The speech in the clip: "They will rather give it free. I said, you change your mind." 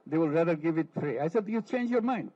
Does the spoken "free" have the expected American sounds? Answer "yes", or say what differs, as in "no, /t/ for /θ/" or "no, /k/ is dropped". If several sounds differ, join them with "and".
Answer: no, /p/ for /f/